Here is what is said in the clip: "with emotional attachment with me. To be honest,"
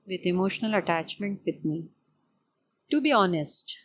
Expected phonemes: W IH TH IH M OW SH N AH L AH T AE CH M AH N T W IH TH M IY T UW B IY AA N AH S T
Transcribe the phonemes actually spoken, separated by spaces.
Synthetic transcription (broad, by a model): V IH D IH M OW SH N AH L AH T AE CH M AH N T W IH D M IY T UW B IY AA N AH S T